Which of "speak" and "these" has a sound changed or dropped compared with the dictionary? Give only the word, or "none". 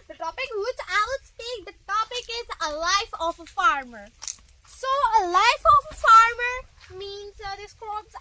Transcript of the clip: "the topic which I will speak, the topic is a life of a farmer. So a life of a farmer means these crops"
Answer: these